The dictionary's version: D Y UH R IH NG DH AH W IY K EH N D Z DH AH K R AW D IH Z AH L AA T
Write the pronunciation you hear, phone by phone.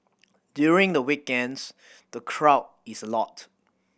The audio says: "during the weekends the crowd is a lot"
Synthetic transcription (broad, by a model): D Y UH R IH NG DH AH W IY K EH N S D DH AH K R AW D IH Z AH L AA T